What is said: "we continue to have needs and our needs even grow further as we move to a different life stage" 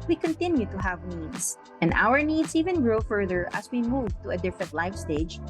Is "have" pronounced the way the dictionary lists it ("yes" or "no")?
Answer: yes